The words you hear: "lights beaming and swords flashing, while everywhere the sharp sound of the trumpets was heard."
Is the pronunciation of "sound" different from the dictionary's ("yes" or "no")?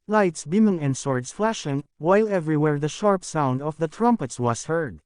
no